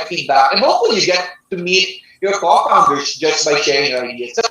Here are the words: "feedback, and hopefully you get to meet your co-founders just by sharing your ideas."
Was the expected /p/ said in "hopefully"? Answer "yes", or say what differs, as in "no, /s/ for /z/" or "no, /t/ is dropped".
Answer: no, /p/ is dropped